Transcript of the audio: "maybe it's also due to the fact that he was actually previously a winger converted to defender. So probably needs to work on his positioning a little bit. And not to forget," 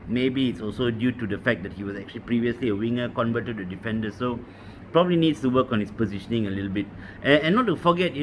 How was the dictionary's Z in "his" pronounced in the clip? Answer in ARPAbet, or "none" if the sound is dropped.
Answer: S